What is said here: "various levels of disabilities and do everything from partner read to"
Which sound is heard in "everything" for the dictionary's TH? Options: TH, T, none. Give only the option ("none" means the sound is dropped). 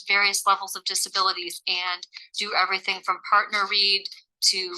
TH